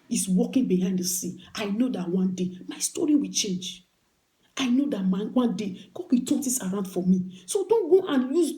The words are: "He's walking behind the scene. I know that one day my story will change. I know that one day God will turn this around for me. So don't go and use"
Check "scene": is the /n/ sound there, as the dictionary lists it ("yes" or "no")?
no